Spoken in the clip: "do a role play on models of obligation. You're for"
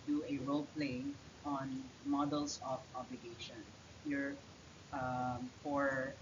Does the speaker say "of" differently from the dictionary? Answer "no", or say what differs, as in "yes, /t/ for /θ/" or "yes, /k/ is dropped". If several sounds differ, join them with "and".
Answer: yes, /p/ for /v/